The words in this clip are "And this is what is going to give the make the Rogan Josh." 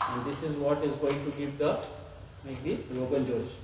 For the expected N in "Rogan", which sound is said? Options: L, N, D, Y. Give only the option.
L